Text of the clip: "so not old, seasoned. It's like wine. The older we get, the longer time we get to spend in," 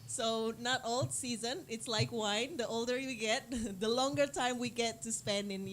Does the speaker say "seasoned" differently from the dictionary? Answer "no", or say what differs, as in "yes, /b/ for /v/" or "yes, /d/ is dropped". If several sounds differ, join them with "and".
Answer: yes, /d/ is dropped